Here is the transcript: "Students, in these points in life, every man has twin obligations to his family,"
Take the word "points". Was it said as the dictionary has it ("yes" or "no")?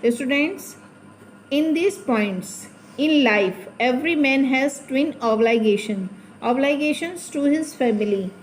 yes